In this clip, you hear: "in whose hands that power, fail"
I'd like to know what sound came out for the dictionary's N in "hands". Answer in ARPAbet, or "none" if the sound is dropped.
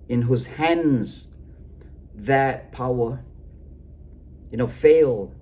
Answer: N